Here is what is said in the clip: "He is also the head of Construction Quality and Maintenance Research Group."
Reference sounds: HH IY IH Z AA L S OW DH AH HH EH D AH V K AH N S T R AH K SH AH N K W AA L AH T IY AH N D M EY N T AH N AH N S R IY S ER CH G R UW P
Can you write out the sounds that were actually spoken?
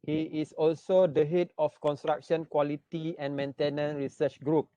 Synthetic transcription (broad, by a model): HH IY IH S AA L S OW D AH HH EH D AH F K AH N S T R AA K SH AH N K W AA L AH T IY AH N M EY N T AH N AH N R IY S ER CH G R UW P